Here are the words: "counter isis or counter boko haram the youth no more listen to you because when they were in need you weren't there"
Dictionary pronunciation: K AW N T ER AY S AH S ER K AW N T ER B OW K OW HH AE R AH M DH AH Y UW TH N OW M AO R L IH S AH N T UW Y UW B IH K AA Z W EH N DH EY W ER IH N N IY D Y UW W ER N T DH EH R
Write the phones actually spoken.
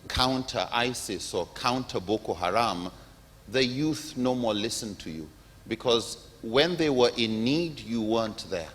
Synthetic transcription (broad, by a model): K AW N T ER AY S AH S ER K AW N T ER B OW K OW HH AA R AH M DH AH Y UW TH N OW M AO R L IH S AH N T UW Y UW B IH K AA Z W EH N DH EY W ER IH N N IY D Y UW W ER N T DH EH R